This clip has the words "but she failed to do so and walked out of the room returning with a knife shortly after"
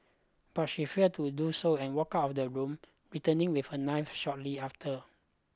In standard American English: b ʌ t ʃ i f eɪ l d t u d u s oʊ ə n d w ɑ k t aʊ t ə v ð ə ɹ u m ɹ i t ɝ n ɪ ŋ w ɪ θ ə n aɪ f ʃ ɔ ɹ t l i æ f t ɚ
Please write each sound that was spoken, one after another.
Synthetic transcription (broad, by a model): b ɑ t ʃ i f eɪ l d t u d u s oʊ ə n w ɑ k aʊ t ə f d ə ɹ u m ɹ i t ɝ n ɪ ŋ w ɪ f ə n aɪ f ʃ ɔ t l i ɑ f t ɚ